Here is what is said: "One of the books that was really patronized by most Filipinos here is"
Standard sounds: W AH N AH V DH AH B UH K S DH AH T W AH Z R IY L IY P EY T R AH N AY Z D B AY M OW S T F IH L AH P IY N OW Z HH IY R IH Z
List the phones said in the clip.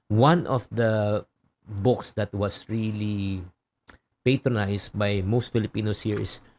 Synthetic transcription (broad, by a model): W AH N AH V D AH B UH K S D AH T W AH S R IY L IY P EY T R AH N AY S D B AY M OW S T F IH L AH P IY N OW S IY R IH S